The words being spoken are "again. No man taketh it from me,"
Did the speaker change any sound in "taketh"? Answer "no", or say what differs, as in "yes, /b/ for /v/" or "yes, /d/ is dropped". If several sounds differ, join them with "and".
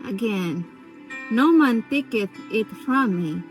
yes, /t/ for /θ/